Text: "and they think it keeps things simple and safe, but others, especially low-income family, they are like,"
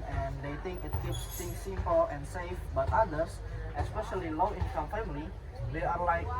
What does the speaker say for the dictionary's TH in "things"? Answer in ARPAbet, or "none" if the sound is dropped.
T